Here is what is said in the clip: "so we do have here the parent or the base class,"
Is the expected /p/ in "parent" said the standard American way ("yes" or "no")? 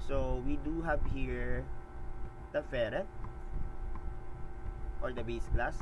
no